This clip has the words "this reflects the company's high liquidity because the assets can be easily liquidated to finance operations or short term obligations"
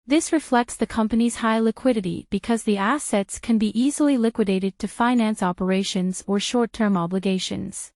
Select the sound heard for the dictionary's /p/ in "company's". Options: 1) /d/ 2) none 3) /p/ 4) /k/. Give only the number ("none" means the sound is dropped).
3